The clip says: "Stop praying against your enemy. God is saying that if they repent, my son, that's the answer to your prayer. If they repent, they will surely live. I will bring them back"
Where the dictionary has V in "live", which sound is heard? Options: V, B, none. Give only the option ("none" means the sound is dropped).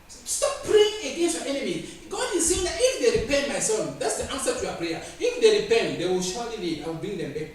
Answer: none